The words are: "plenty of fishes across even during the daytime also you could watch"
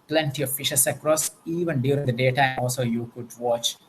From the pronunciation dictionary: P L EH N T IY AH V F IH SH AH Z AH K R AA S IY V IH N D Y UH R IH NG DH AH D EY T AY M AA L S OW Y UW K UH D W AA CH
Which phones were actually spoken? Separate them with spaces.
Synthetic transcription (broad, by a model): P L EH N T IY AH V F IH SH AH S AH K R AA S IY V IH N D Y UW R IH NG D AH D EY T AY M AA L S OW Y UW K UH D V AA CH